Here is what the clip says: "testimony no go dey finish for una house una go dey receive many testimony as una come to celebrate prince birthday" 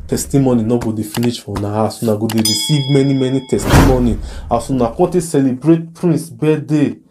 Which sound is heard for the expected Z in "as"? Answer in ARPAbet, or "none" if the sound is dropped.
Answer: S